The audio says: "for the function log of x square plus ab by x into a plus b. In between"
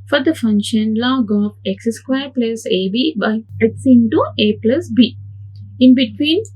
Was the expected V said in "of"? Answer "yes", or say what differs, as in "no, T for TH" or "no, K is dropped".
no, P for V